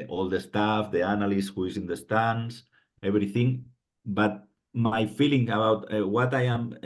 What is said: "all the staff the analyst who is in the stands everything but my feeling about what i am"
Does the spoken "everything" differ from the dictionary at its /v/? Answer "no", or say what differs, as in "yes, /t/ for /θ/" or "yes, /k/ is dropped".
yes, /b/ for /v/